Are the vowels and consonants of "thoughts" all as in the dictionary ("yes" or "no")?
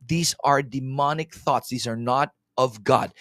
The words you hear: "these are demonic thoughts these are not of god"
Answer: yes